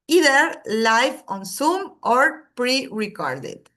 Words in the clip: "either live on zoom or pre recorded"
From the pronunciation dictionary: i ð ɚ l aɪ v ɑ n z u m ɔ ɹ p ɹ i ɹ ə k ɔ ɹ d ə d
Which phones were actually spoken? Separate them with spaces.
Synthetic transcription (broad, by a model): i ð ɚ l aɪ f ɑ n s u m ɔ ɹ p ɹ i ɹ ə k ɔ ɹ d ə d